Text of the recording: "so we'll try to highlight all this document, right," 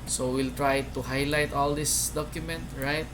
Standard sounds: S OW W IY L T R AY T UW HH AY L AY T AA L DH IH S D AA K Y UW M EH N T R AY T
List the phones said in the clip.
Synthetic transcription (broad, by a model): S OW W IY L T R AY T UW HH AY L AY T AA L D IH S D AA K Y UW M EH N T R AY T